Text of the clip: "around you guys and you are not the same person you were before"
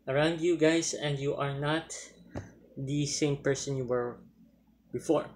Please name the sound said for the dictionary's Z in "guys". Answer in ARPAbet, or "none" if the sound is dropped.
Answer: S